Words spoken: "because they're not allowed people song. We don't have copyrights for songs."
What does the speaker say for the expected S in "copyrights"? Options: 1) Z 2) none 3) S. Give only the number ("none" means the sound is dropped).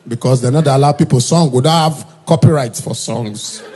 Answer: 3